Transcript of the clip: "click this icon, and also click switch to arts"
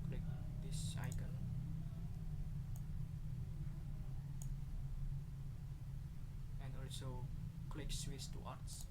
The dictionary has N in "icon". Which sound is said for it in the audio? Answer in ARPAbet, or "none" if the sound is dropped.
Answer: L